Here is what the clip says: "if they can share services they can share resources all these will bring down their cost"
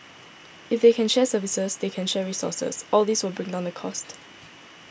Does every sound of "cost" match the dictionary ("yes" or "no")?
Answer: yes